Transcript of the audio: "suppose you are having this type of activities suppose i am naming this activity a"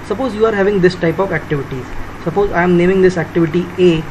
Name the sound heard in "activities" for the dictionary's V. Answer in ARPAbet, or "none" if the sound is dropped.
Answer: V